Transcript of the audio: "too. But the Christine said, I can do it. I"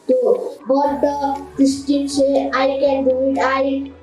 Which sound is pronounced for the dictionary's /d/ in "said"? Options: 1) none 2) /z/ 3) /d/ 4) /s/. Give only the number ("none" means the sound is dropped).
1